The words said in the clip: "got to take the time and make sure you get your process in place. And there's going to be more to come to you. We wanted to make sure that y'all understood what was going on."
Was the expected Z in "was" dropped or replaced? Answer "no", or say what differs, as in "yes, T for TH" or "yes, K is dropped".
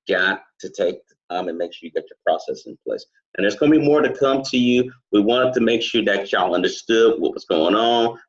yes, S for Z